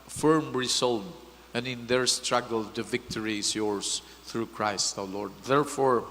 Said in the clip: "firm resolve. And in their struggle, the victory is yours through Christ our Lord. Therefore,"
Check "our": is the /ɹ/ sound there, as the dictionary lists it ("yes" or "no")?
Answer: no